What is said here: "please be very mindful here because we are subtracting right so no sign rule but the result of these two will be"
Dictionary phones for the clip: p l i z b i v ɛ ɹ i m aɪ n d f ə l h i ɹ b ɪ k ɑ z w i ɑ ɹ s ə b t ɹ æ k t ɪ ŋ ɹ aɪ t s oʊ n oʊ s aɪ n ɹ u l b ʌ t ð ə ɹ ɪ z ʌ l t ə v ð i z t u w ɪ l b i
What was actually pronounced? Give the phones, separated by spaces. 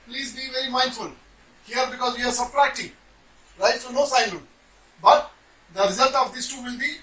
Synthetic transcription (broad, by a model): p l i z b i v ɛ ɹ i m aɪ n d f ə l h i ɹ b ɪ k ɑ z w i ɑ ɹ s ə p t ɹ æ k t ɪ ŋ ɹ aɪ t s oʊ n oʊ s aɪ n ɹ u n b ʌ t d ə ɹ ɪ z ʌ l t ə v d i s t u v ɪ l b i